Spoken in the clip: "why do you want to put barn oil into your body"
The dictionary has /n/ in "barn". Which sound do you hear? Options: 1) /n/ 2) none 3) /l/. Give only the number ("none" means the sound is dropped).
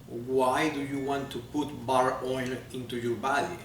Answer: 2